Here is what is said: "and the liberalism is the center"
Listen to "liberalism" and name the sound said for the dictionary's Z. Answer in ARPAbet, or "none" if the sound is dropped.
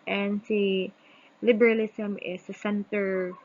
S